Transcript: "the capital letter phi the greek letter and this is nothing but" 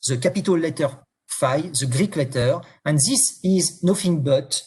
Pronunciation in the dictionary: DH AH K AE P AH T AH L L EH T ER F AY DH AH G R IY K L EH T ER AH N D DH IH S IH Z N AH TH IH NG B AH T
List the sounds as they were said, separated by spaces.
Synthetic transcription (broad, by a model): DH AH K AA P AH T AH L L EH T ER F AY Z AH G R IY K L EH T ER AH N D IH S IH Z N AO F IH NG B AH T